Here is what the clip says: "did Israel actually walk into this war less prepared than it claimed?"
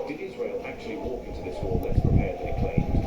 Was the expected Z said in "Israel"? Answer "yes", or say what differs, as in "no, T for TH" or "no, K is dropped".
yes